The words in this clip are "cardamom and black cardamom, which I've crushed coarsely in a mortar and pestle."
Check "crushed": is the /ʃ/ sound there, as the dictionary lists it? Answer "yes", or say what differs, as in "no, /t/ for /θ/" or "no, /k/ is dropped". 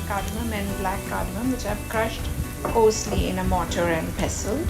yes